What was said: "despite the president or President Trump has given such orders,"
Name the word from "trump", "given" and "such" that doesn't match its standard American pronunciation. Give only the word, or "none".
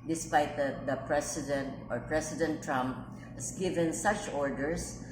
none